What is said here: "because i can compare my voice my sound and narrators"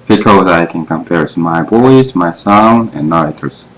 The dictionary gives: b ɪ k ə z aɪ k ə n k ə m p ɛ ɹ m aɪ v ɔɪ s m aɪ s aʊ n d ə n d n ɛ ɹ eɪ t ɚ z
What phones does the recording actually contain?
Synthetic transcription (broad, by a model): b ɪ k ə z aɪ k ə n k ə m p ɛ ɹ m aɪ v ɔɪ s m aɪ s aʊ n ə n n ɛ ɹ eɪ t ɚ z